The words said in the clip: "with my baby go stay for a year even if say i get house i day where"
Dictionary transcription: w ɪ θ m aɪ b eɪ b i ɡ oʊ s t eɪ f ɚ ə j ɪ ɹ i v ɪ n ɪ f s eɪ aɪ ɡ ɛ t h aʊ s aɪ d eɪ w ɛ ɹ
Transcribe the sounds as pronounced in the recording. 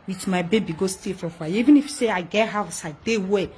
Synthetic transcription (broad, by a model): w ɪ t m aɪ b eɪ b i ɡ oʊ s t eɪ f ə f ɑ i v ɪ n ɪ f s eɪ aɪ ɡ ɛ t h aʊ s aɪ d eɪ w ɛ